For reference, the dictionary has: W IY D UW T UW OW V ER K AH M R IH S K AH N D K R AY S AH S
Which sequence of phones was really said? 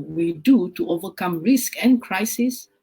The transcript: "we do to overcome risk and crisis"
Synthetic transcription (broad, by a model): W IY D UW T UW OW V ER K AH M R IH S K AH N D K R AY S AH S